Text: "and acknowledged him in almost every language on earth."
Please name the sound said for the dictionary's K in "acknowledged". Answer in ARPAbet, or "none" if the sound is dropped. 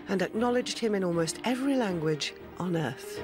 K